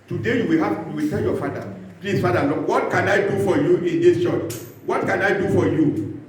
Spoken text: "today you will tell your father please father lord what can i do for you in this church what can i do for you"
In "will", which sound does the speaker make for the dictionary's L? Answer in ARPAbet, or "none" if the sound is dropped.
W